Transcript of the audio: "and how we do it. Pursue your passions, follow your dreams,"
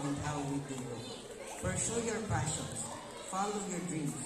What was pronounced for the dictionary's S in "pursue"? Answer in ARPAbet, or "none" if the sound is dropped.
SH